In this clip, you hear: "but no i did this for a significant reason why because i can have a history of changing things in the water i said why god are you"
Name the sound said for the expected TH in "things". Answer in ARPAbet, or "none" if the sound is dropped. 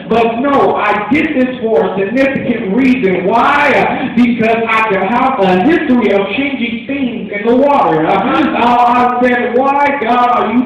TH